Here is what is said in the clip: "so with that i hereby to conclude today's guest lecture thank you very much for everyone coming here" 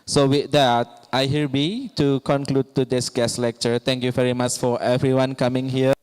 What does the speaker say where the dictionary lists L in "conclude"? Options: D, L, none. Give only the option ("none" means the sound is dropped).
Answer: L